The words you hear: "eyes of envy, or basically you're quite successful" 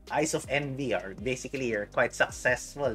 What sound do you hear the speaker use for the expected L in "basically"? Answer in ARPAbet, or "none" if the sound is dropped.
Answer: none